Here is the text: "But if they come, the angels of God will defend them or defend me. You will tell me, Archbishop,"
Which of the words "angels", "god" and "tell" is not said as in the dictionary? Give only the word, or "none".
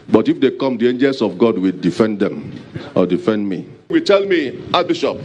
angels